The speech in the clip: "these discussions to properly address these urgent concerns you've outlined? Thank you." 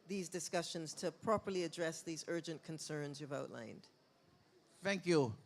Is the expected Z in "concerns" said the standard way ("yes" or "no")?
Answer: yes